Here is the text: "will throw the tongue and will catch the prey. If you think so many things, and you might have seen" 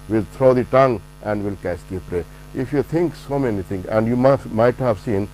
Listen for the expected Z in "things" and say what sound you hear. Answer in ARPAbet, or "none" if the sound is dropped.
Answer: none